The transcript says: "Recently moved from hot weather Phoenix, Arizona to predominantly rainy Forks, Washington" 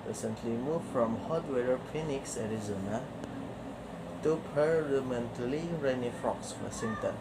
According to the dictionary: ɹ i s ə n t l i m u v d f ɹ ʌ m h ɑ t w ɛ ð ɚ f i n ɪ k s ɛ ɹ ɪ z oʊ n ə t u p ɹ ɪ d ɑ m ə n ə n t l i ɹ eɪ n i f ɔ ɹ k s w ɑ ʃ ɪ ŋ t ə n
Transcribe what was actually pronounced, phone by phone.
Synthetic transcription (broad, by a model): ɹ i s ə n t l i m u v f ɹ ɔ m h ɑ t w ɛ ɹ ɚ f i n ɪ k s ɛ ɹ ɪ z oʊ n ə t u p ɪ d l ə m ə n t l i ɹ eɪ n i f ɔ k s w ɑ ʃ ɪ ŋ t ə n